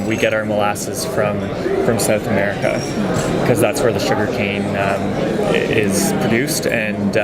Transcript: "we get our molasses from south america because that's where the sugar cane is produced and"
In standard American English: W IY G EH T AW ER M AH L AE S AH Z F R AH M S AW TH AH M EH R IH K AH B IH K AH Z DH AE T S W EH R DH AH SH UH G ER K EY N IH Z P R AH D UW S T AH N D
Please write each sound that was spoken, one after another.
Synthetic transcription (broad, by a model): W IY G EH T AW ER M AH L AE S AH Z F R AH M S AW TH AH M EH R IH K AH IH K AH Z DH AE T S W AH R DH AH SH UH G ER K EY N IH Z P R AH D UW S T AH N